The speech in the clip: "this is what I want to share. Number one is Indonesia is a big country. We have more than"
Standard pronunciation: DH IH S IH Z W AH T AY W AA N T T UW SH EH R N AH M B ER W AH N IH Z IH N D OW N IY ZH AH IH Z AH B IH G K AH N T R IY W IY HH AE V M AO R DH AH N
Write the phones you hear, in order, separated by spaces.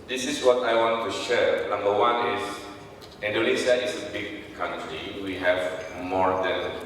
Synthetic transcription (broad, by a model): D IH S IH S W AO T AY W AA N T T UW SH EH R N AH M B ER W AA N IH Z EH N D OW L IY S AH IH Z AH B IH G K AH N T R IY W IY HH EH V M AO R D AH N